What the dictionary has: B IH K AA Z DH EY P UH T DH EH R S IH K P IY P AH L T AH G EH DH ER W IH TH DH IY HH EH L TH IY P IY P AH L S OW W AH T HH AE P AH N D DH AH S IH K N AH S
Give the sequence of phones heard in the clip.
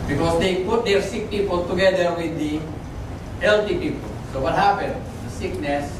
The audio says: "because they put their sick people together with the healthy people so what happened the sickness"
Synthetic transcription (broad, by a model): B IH K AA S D EY P UH T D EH R S IH K P IY P AH L T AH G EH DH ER W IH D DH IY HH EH L T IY P IY P AH L S OW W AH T HH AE P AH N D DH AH S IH K N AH S